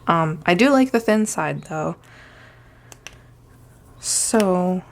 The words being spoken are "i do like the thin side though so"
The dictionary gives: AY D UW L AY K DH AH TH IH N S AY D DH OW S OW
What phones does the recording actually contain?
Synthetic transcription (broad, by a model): AY D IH L AY K DH AH TH IH N S AY D DH OW S OW